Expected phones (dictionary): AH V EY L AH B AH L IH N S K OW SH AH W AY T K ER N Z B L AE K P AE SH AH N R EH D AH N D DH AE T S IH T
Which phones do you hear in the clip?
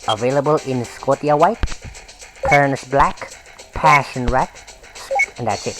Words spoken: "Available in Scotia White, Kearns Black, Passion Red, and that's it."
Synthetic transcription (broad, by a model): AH V EY L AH B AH L IH N S K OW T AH W AY T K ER N S B L AE K P AE SH AH N R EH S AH N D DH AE T S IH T